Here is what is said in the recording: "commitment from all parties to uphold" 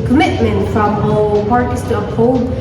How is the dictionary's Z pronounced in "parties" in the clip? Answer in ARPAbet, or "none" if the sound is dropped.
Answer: S